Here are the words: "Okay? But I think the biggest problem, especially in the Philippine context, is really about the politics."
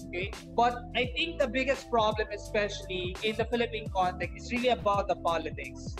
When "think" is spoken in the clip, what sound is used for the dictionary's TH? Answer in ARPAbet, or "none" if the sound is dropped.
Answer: T